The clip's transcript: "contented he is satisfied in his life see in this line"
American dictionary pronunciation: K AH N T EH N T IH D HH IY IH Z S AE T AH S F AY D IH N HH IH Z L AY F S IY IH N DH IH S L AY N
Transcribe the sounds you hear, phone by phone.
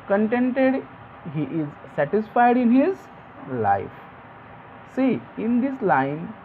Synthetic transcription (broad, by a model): K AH N T EH N T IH D HH IY IH Z S AE T AH S F AY D IH N HH IH Z L AY F S IY IH N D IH S L AY N